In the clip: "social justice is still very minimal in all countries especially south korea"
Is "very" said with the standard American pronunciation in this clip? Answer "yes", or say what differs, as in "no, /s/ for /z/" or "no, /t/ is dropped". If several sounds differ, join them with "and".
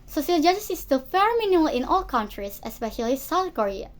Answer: no, /f/ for /v/